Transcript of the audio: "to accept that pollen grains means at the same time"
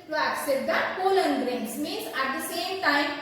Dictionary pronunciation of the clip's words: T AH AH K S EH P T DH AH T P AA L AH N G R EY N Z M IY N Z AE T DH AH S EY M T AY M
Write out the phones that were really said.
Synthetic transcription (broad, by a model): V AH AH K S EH T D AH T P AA L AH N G R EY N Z M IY N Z AE T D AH S EY M T AY M